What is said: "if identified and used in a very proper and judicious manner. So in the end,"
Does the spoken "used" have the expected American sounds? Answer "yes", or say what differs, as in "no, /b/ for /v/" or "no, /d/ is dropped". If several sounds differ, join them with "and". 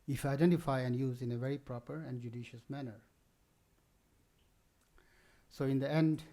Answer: no, /d/ is dropped